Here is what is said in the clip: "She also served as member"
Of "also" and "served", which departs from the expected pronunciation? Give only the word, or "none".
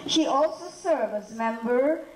served